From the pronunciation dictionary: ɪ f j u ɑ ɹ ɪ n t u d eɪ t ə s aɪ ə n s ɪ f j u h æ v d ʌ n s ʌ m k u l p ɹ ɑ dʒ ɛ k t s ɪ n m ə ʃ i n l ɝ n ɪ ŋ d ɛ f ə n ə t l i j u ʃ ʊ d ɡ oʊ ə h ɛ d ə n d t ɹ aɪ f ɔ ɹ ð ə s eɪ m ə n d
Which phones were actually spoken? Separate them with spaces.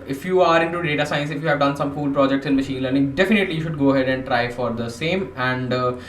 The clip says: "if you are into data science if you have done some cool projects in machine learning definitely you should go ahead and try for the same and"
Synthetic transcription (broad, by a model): ɪ f j u ɑ ɹ ɪ n t u d eɪ t ə s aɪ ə n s ɪ f j u h æ v d ʌ n s ʌ m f u l p ɹ ɑ dʒ ɛ k t s ɪ n m ə ʃ i n l ɝ n ɪ ŋ d ɛ f ə n ə t l i j u ʃ ʊ d ɡ oʊ ə h ɛ d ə n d t ɹ aɪ f ɔ ɹ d ə s eɪ m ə n d